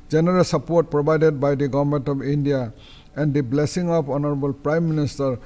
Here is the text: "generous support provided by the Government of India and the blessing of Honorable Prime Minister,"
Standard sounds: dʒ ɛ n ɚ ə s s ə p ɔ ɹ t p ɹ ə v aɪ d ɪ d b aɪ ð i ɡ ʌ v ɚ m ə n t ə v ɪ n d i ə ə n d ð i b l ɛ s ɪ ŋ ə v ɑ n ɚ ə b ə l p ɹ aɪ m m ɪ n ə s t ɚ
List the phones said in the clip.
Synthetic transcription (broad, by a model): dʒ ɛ n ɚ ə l s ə p ɔ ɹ t p ɹ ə b aɪ d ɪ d b aɪ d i ɡ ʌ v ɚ m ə n t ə b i n d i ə ə n d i b l ɛ s ɪ ŋ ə p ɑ n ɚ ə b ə l p ɹ aɪ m m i n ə s t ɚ